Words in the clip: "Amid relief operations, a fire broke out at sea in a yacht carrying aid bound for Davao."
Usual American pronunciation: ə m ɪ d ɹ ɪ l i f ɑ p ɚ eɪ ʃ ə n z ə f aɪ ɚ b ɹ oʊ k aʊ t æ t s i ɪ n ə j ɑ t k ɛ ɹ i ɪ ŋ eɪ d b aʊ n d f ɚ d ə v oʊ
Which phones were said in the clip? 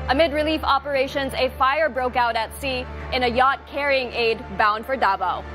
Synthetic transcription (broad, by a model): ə m ɪ d ɹ ɪ l i f ɑ p ɚ eɪ ʃ ə n z ə f aɪ ɚ b ɹ oʊ k aʊ t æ t s i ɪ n ə j ɑ t k ɛ ɹ i ɪ ŋ eɪ d b aʊ n d f ɚ d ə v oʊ